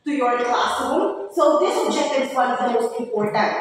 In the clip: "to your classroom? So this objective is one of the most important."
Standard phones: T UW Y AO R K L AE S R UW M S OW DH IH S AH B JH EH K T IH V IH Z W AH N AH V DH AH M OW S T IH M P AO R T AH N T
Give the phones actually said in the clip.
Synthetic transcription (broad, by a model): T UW Y AO R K L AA S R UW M S OW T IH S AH JH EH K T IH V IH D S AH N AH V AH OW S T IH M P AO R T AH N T